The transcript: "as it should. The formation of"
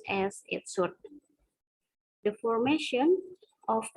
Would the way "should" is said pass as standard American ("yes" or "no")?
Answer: no